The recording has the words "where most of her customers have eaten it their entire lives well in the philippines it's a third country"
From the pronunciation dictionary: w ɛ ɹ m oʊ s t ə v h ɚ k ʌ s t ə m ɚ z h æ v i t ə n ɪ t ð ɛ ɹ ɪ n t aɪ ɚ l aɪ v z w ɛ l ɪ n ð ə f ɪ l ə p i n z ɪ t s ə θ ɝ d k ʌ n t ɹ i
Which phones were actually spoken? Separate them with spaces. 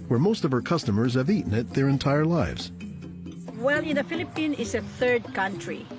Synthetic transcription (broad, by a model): w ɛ ɹ m oʊ s t ə v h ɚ k ʌ s t ə m ɚ z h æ v i t n ɪ t ð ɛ ɹ ɪ n t aɪ ɚ l aɪ v z w ɛ l ɪ n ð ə f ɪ l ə p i n ɪ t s ə θ ɝ d k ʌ n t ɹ i